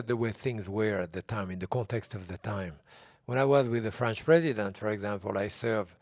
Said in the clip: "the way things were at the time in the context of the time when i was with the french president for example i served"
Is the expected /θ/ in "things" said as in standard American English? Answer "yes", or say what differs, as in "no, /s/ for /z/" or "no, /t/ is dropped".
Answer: yes